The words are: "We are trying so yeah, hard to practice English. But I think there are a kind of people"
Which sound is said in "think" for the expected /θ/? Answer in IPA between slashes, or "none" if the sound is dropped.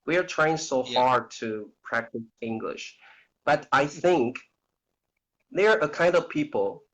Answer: /θ/